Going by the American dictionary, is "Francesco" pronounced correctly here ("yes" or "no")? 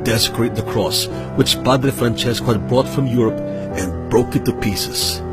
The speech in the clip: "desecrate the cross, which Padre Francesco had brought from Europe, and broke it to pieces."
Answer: yes